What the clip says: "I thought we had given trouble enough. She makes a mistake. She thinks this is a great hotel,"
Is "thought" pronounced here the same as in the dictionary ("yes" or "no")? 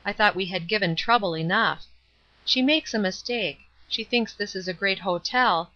yes